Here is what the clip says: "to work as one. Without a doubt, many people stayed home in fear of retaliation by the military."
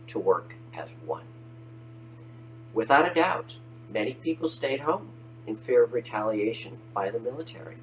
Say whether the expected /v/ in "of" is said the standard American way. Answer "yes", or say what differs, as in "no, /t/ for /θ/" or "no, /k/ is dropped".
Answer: yes